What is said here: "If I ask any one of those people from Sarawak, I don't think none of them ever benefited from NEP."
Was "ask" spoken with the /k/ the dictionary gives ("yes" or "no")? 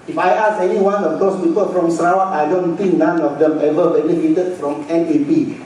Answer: no